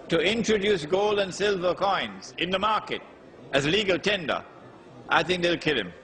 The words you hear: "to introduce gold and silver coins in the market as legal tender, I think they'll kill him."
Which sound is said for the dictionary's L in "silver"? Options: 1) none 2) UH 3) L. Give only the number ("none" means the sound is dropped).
3